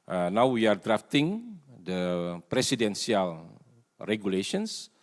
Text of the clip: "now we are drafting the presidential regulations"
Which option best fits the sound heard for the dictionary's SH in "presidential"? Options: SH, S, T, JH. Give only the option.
S